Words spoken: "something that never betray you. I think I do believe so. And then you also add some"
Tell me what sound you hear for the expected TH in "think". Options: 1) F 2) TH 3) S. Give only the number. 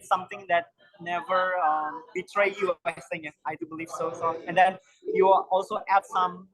3